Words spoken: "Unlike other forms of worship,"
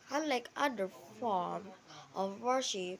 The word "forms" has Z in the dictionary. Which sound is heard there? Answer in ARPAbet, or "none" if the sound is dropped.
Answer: none